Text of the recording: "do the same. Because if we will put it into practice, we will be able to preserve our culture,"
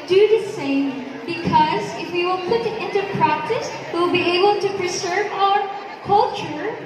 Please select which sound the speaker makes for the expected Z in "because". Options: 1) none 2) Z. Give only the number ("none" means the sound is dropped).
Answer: 2